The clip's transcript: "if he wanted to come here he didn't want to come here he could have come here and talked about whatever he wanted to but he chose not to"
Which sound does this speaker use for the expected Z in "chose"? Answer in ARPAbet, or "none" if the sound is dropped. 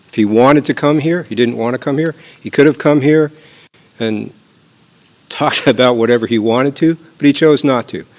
Z